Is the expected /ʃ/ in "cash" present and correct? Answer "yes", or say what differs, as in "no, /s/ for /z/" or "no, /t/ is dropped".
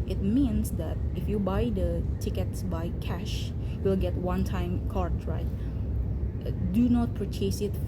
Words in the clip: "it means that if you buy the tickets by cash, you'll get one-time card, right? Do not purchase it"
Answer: yes